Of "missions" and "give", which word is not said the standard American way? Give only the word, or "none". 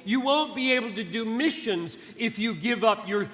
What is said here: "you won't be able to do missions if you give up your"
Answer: none